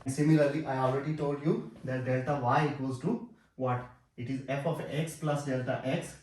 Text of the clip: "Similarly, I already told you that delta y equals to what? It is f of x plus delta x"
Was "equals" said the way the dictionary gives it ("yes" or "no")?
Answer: no